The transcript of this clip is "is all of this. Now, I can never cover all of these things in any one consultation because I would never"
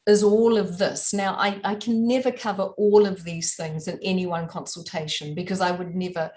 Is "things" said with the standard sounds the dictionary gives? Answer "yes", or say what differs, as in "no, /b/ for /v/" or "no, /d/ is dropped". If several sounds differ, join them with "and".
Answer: yes